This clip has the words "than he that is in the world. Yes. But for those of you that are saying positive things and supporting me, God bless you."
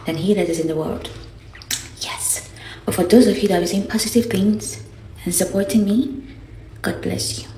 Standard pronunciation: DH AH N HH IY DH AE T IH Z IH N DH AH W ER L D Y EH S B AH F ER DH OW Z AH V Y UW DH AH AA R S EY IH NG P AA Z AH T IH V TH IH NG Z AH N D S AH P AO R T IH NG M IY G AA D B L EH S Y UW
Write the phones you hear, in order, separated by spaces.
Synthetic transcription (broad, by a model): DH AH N HH IY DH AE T IH Z IH N DH AH W ER L D Y EH S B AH F ER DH OW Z AH V Y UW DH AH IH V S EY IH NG P AA Z AH T IH V TH IH NG Z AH N S AH P AO R T IH NG M IY G AA D B L EH S Y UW